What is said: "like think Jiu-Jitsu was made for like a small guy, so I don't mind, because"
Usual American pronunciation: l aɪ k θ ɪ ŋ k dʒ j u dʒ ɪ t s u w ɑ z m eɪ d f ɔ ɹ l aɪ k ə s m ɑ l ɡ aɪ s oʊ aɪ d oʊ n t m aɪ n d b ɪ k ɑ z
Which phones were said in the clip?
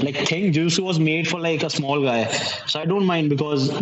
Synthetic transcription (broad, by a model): l aɪ k t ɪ ŋ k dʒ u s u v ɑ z m eɪ d f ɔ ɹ l aɪ k ə s m ɑ l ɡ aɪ s oʊ aɪ d oʊ n t m aɪ n d b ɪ k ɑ z